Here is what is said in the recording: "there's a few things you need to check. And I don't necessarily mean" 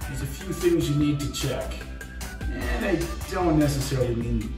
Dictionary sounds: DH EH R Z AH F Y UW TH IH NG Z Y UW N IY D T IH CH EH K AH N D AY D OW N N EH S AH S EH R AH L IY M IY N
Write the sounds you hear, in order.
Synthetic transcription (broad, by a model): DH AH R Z AH F Y UW TH IH NG Z Y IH N IY D T IH CH EH K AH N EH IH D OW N N EH S AH S EH R AH L IY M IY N